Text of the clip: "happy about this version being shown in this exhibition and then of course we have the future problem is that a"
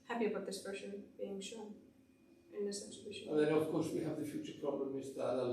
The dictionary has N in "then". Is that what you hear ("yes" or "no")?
no